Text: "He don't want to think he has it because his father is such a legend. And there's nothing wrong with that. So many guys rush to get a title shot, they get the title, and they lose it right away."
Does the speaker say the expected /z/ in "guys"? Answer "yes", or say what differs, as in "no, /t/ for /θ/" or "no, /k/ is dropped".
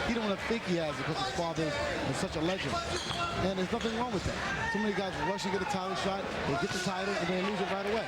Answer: yes